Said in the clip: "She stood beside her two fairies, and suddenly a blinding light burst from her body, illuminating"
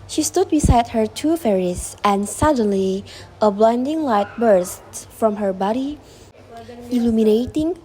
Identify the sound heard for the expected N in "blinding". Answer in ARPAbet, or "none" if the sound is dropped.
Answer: N